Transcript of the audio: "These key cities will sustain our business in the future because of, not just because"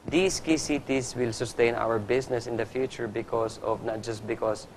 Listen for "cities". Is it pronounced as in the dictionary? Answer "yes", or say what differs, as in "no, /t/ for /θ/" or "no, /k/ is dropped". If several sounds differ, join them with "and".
no, /s/ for /z/